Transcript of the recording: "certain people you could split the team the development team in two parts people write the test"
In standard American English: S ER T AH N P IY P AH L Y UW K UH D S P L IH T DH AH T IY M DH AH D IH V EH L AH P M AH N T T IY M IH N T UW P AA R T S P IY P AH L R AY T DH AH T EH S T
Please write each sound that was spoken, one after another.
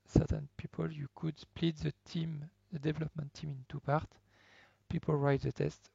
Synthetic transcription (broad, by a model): S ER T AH N P IY P AH L Y UW K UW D S P L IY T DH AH T IY M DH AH D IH V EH L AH P M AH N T T IY M IH N T UW P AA R T P IY P AH L R AY T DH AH T EH S T